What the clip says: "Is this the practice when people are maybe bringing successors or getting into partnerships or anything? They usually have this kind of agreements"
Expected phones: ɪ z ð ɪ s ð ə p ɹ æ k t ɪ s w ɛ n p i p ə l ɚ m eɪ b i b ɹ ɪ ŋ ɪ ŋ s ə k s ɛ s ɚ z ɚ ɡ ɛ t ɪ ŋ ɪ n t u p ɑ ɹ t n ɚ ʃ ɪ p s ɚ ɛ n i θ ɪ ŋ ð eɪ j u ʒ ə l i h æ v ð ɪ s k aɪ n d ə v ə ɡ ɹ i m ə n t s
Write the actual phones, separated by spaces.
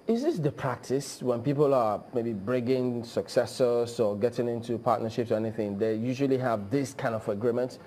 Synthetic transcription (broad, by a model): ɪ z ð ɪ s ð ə p ɹ æ k t ɪ s w ɛ n p i p ə l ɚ m eɪ b i b ɹ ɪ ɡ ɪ ŋ s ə k s ɛ s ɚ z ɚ ɡ ɛ t ɪ ŋ ɪ n t u p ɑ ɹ t n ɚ ʃ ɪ p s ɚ ɛ n i θ ɪ ŋ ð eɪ j u ʒ ə l i h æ v ð ɪ s k aɪ n d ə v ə ɡ ɹ i m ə n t